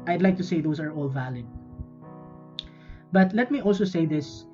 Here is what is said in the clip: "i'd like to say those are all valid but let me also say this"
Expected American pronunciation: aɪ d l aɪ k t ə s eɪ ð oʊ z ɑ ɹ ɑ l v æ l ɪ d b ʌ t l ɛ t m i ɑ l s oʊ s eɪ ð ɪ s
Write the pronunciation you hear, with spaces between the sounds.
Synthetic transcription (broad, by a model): aɪ d l aɪ k t ə s eɪ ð oʊ s ɑ ɹ ɑ l v æ l ɪ d b ʌ t l ɛ t m i ɑ l s oʊ s eɪ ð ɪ s